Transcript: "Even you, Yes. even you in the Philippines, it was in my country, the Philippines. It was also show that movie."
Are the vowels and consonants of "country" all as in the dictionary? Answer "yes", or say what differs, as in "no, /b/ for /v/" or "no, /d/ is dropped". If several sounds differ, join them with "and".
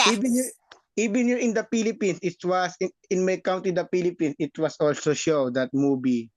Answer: no, /ɹ/ is dropped